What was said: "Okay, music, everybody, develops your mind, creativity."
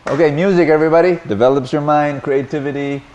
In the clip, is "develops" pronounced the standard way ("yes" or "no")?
yes